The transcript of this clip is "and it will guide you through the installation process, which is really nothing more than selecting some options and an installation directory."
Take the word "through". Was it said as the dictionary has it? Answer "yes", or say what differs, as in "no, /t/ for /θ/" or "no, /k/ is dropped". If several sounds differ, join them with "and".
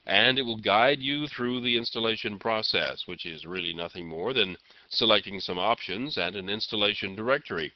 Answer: yes